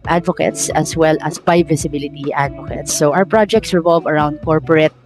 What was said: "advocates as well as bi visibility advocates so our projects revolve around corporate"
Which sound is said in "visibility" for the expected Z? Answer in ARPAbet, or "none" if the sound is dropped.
S